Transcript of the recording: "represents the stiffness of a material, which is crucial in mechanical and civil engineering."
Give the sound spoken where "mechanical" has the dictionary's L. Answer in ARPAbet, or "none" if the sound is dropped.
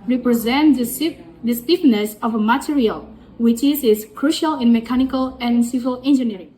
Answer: L